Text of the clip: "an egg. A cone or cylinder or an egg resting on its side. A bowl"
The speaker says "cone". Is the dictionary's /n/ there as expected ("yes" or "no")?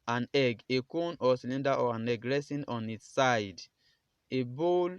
yes